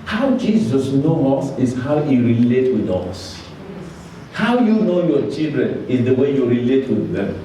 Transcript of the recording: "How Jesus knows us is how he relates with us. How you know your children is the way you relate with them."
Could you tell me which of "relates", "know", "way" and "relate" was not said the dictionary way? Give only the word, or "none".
relates